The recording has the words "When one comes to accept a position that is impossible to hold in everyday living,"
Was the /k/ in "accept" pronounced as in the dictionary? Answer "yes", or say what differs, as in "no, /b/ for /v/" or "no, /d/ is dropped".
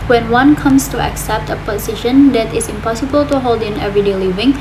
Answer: yes